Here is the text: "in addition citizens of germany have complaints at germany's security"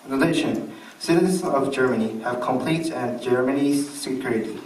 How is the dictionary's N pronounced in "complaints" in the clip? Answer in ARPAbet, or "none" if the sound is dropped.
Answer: none